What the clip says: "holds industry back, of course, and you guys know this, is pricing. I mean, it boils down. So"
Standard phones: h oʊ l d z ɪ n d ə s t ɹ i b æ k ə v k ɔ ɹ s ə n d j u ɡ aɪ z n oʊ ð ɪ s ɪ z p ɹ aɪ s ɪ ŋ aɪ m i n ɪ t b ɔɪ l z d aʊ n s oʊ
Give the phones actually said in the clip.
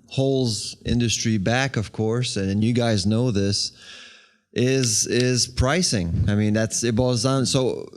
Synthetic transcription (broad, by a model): h oʊ l z ɪ n d ə s t ɹ i b æ k ə v k ɔ ɹ s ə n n j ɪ ɡ aɪ z n oʊ ð ɪ s ɪ z p ɹ aɪ s ɪ ŋ aɪ m i n ɪ t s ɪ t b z n s oʊ